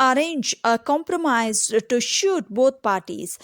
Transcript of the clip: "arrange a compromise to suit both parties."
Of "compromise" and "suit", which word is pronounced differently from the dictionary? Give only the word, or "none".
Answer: suit